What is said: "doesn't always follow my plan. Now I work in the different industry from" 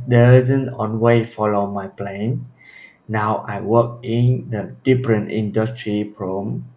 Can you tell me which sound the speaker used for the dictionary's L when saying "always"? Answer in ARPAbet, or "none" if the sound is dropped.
N